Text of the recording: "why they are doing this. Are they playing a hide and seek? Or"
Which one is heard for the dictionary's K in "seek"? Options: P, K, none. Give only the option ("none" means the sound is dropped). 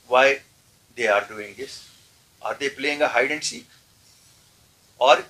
none